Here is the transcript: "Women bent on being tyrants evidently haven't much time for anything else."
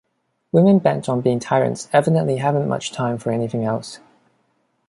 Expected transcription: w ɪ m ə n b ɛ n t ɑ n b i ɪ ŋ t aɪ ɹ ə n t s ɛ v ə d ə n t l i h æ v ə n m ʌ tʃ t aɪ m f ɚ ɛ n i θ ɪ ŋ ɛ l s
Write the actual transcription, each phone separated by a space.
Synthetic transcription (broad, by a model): w ɪ m ə n b ɛ n t n b i ɪ ŋ t aɪ ɹ ə n t s ɛ v ə d ə n t l i h æ v ə n m ʌ tʃ t aɪ m f ɚ ɛ n i θ ɪ ŋ ɛ l s